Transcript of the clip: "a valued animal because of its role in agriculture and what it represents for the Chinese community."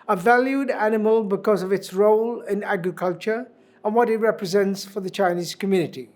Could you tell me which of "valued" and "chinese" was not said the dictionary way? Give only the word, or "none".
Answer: none